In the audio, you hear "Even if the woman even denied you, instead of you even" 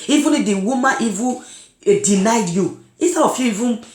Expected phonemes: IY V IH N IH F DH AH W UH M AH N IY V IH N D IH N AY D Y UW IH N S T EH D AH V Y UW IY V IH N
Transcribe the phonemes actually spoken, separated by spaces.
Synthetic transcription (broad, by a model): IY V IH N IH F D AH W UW M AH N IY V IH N D IH N AY D Y UW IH S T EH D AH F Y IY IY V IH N